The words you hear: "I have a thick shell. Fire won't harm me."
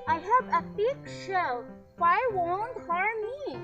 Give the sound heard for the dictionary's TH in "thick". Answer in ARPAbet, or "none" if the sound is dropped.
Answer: F